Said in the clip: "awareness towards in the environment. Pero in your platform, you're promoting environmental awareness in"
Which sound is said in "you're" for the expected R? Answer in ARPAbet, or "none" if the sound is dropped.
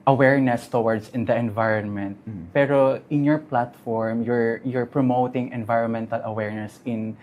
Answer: R